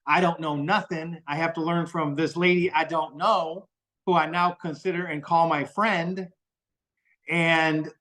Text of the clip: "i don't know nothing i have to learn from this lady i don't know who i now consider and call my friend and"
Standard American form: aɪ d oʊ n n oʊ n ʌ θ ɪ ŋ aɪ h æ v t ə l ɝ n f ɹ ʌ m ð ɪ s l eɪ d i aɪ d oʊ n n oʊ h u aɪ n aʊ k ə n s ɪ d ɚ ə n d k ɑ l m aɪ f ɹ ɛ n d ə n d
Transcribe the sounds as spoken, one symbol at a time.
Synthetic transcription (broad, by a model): aɪ d oʊ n n oʊ n ʌ θ ɪ ŋ aɪ h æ f t ə l ɝ n f ɹ ʌ m ð ɪ s l eɪ d i aɪ d oʊ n n oʊ h u aɪ n aʊ k ə n s ɪ d ɚ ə n k ɑ l m aɪ f ɹ ɛ n d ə n